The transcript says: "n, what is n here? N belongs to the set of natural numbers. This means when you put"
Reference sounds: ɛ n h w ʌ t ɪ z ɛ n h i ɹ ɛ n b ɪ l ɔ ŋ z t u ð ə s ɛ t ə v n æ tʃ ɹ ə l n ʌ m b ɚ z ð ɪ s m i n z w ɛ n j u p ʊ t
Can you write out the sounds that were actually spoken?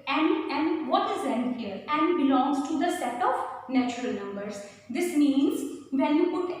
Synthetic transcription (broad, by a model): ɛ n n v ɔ t ɪ z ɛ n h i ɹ ɛ n b ɪ l ɔ ŋ z t u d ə s ɛ t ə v n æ tʃ ɹ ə l n ʌ m b ɚ z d ɪ s m i n z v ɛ n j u p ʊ t